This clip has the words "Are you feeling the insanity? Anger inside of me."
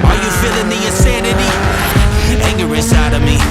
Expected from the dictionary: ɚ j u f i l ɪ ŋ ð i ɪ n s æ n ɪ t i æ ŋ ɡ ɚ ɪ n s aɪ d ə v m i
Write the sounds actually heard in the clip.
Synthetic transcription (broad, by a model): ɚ j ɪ f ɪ l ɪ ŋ ð i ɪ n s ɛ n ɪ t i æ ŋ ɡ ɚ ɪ s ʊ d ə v m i